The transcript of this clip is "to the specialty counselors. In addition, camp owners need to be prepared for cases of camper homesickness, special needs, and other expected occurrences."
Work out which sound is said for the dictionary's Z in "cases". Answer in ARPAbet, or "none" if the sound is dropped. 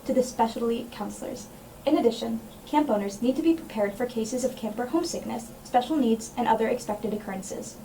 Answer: Z